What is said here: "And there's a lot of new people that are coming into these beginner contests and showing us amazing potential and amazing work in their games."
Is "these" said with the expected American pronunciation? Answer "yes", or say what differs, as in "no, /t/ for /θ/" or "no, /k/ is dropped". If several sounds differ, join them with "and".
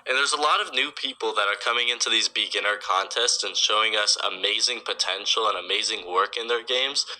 yes